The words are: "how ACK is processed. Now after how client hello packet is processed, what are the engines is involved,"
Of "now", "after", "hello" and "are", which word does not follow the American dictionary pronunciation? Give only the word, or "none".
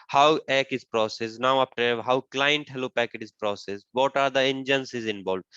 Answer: after